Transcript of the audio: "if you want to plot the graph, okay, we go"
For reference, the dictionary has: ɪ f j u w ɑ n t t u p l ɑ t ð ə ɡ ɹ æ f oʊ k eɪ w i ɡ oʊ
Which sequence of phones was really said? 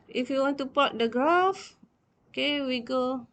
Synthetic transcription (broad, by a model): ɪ f j u w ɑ n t t u p ɑ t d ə ɡ ɹ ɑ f oʊ k eɪ w i ɡ oʊ